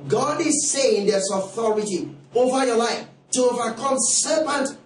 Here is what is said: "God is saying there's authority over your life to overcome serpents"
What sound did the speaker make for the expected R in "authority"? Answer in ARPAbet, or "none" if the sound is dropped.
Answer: R